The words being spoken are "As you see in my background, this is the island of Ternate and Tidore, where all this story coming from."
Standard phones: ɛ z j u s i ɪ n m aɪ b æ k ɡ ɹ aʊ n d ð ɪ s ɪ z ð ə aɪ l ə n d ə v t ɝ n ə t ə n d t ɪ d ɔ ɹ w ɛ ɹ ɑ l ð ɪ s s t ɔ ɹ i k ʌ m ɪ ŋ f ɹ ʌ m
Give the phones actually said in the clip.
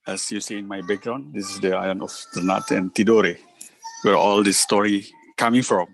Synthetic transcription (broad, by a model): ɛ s j u s i ɪ n m aɪ b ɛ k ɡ ɹ aʊ n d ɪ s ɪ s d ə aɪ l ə n ə f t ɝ n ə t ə n t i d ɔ ɹ w ɛ ɹ ɑ l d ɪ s s t ɔ ɹ i k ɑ m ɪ ŋ f ɹ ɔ m